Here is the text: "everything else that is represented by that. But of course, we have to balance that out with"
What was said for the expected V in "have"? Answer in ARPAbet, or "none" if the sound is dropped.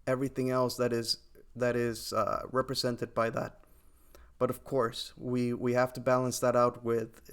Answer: F